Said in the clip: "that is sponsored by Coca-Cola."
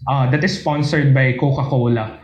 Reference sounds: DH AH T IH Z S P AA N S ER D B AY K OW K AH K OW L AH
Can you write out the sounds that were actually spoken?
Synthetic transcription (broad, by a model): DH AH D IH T S P AA N S ER D B AY K OW K AH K OW L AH